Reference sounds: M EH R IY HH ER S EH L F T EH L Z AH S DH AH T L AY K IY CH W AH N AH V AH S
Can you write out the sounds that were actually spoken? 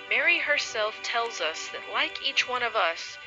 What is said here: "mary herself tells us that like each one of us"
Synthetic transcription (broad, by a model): M EH R IY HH ER S EH L F T EH L Z AH S DH AH T L AY K IY CH W AH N AH V AH S